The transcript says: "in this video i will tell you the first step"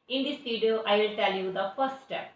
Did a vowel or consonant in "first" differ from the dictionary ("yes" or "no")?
yes